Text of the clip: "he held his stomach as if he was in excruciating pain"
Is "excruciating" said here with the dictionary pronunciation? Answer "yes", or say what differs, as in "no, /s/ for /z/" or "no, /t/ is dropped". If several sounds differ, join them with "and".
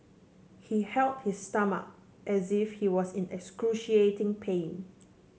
yes